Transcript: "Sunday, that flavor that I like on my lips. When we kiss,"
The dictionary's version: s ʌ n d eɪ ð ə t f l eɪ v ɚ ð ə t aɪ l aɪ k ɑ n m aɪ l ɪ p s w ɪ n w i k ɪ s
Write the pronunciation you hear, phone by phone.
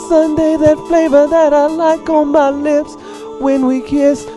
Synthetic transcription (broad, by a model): s ʌ n d eɪ ð ə t f l eɪ v ɚ ð ə t aɪ l aɪ k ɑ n m aɪ l ɪ p s w ɪ n w i k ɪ s